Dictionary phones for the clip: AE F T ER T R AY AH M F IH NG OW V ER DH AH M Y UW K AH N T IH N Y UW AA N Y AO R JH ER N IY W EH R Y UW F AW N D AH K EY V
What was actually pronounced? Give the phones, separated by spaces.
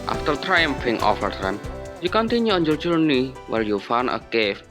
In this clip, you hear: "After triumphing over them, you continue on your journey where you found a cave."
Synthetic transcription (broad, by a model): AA F T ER T R AY AH M F IH NG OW F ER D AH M Y UW K AH N T IH N Y UW AA N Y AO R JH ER N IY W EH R Y UW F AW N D AH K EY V